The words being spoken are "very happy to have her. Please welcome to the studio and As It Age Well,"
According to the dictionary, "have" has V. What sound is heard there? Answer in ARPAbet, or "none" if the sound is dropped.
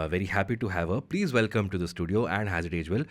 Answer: V